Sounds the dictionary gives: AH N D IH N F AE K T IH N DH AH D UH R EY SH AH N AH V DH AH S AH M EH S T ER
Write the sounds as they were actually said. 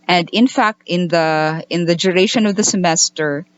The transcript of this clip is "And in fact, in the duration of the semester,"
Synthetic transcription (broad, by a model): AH N D IH N F AE K T IH N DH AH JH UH R EY SH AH N AH V DH AH S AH M EH S T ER